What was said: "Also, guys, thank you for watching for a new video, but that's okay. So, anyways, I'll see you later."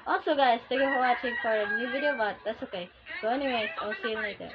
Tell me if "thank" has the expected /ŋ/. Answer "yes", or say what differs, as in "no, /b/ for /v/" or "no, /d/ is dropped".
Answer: no, /ŋ/ is dropped